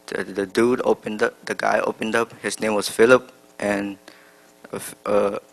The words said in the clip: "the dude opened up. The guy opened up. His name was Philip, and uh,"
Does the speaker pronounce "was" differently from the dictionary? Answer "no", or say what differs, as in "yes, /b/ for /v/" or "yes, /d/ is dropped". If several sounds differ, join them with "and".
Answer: yes, /s/ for /z/